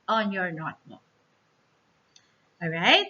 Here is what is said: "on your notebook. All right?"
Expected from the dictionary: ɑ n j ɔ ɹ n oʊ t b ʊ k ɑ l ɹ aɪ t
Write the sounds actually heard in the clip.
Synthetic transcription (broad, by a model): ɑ n j ɔ ɹ n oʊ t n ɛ ɑ l ɹ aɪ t